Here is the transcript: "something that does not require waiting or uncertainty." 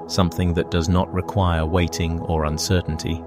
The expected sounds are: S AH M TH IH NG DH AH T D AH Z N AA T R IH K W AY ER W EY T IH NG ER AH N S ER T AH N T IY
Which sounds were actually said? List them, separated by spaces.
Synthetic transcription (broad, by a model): S AH M TH IH NG DH AH T D AH Z N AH T R IH K W AY ER W EY T IH NG ER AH N S ER T N T IY